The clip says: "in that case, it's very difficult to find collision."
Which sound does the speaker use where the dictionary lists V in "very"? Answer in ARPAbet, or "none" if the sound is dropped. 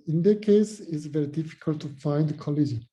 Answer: V